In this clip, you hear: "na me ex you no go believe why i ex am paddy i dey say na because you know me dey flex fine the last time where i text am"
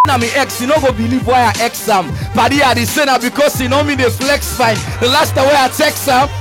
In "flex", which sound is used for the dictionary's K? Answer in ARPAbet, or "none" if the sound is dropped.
K